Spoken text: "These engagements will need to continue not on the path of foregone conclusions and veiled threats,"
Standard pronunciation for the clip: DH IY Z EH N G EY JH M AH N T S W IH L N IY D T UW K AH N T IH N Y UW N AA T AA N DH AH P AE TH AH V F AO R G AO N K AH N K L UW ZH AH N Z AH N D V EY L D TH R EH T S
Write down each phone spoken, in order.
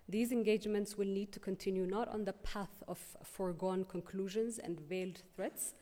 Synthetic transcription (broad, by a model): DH IY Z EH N G EY JH M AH N T S W IH L N IY D T UW K AH N T IH N Y UW N AA T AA N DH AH P AE TH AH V F AO R G AO N K AH N K L UW ZH AH N Z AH N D V EY L D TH R EH T S